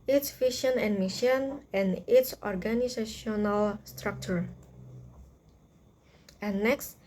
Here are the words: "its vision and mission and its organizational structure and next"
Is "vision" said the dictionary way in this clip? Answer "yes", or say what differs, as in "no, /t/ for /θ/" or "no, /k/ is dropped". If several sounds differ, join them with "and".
no, /ʃ/ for /ʒ/